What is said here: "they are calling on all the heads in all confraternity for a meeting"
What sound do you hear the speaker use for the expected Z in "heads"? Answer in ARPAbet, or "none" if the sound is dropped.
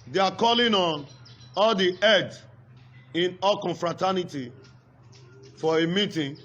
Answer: none